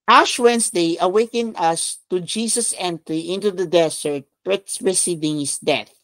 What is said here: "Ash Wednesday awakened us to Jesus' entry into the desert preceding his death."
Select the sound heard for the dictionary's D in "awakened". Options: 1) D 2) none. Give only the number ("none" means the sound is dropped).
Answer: 2